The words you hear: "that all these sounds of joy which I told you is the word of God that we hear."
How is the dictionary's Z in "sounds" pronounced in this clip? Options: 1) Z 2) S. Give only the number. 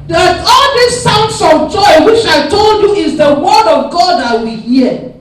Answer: 2